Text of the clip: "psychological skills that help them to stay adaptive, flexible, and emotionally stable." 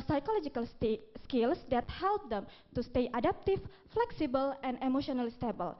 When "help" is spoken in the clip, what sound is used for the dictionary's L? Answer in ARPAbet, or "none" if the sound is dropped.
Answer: L